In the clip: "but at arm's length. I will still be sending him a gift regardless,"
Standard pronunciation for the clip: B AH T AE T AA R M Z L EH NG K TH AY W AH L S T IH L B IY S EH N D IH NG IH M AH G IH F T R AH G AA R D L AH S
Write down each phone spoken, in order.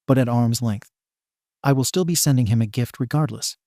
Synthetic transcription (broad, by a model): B AH T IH T AA R M Z L EH NG K TH AY W AH L S T IH L B IY S EH N D IH NG IH M AH G IH F T R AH G AA R D L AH S